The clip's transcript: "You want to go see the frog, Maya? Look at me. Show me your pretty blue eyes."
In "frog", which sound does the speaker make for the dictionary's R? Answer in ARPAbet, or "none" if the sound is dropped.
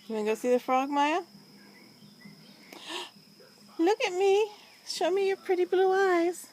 R